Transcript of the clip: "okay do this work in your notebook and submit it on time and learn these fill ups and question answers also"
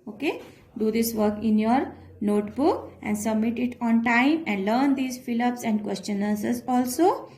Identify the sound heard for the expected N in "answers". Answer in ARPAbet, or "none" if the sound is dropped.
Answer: none